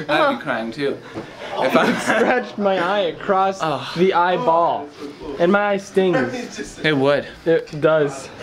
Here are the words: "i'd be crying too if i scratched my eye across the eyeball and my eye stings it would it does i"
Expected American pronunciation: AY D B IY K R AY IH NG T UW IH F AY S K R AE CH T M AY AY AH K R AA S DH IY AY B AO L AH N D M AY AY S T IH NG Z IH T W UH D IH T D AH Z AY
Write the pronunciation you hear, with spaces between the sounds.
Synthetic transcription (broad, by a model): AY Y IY K R AY IH NG T UW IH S R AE CH M AY AY AH K R AA S DH IY AY B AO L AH N M AY AY S T IH NG Z IH T W UH D IH T D AH Z